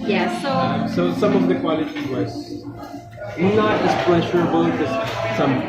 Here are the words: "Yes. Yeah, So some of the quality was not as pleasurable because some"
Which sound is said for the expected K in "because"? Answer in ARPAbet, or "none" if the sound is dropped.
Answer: none